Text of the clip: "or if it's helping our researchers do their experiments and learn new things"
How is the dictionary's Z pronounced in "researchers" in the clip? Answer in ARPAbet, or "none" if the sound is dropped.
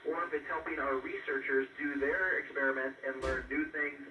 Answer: Z